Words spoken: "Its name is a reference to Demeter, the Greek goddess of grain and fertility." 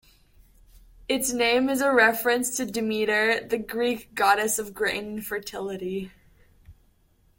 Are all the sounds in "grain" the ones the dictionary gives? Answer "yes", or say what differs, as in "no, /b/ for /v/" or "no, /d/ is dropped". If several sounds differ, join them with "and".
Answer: no, /n/ is dropped